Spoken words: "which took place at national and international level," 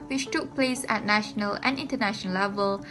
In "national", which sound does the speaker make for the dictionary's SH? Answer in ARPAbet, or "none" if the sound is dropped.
SH